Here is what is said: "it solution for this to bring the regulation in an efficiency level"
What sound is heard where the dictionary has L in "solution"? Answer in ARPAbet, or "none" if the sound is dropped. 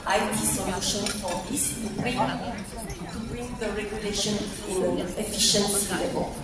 N